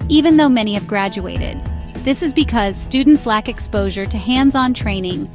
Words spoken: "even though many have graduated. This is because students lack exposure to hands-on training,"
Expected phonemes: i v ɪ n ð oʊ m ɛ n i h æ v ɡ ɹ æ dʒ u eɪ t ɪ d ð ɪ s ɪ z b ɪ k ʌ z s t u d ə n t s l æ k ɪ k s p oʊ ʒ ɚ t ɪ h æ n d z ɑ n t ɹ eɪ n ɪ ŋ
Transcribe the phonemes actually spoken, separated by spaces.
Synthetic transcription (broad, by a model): i v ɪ n ð oʊ m ɛ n i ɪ v ɡ ɹ æ dʒ u eɪ t ɪ d ð ɪ s ɪ z b ɪ k ʌ z s t u d n t s l æ k ɪ k s p oʊ ʒ ɚ t ɪ h æ n d z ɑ n t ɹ eɪ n ɪ ŋ